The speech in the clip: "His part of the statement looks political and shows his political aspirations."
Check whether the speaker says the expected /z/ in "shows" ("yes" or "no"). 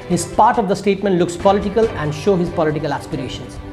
no